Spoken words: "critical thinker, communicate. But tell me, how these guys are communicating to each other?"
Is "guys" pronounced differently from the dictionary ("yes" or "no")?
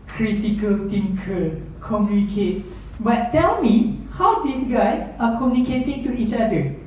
yes